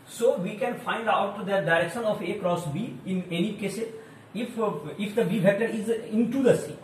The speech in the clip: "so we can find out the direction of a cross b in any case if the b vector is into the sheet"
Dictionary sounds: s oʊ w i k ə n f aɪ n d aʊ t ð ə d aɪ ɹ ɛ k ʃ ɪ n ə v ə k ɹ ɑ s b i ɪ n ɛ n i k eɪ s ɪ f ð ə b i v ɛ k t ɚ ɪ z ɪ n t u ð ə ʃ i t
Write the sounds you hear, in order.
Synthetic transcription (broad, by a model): s oʊ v i k ə n f aɪ n d aʊ t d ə d aɪ ɹ ɛ k ʃ ɪ n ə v ə k ɹ ɑ s b i ɪ n ɛ n i k eɪ s ɪ f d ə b i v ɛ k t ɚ ɪ z ɪ n t u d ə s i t